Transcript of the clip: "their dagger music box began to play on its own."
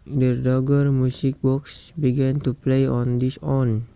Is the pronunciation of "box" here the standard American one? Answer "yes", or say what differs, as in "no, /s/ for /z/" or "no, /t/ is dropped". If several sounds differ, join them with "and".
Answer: yes